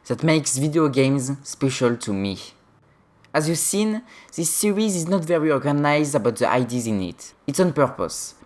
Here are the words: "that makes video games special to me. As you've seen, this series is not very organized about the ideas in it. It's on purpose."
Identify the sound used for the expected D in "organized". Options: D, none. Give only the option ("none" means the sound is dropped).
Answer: D